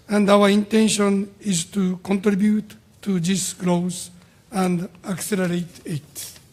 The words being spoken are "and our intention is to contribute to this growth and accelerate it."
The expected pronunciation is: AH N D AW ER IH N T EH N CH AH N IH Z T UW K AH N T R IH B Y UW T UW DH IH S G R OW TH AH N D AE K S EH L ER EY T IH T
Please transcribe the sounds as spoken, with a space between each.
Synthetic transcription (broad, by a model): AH N D AW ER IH N T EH N SH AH N IH Z T UW K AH N T R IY B Y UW T UW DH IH S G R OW S AH N D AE K S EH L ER EY T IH T